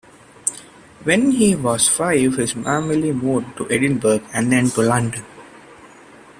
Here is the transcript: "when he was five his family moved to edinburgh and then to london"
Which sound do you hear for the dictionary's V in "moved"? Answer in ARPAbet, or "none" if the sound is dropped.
none